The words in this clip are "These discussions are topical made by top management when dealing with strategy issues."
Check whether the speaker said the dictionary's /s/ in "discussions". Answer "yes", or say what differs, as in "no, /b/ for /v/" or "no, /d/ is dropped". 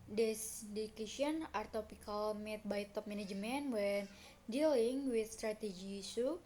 no, /s/ is dropped